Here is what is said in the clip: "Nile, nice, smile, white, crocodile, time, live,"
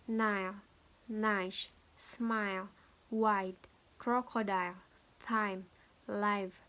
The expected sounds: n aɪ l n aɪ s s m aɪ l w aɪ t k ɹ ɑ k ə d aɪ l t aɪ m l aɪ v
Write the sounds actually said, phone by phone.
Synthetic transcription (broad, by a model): n aɪ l n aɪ ʃ s m aɪ l w aɪ t k ɹ ɑ k ə d aɪ l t aɪ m l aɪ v